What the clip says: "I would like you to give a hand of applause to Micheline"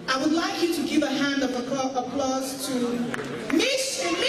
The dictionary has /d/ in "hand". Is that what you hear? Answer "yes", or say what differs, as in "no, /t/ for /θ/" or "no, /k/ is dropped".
yes